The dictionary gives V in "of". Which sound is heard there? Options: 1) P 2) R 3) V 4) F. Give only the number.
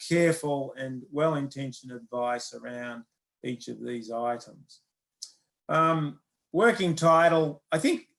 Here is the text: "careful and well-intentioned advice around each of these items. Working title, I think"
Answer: 3